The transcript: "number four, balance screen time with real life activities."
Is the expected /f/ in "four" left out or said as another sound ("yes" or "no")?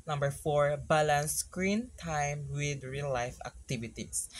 no